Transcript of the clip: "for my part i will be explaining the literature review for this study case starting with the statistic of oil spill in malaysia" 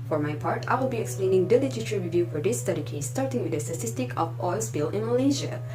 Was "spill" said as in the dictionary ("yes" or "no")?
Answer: no